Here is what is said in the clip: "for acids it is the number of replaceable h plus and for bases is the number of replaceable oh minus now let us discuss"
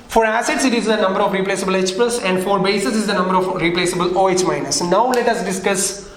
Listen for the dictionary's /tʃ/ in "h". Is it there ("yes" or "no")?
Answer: no